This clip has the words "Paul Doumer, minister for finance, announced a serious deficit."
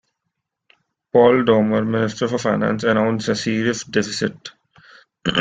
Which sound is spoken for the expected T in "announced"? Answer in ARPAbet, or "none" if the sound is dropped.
none